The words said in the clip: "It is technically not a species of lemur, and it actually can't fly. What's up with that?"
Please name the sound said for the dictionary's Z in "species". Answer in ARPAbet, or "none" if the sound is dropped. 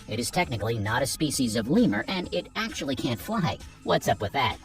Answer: Z